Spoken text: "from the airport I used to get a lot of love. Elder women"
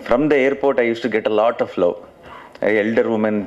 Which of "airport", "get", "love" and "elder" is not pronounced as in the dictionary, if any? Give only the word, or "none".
love